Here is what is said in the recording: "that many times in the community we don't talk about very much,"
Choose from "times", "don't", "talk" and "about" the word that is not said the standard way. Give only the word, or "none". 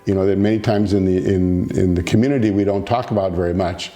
none